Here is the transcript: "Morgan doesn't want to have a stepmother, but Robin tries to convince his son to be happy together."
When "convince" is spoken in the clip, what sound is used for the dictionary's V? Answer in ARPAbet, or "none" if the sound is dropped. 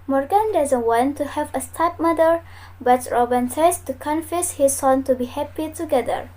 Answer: F